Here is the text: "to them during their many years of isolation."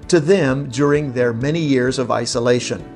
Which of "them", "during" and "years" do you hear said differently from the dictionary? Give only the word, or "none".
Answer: none